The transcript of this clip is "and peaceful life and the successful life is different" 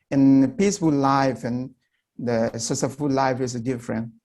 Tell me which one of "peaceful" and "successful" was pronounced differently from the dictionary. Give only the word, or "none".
successful